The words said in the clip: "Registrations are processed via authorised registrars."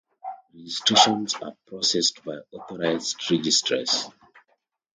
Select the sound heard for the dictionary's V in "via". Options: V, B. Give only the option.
B